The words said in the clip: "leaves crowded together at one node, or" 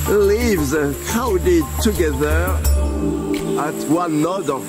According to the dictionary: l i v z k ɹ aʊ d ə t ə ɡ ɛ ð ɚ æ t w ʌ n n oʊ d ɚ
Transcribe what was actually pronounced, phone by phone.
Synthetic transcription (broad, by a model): l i v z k aʊ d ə t ə ɡ ɛ ð ɚ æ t w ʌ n n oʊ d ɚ